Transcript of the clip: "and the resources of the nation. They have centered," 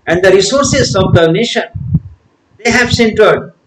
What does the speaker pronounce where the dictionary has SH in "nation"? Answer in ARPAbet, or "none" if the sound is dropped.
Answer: SH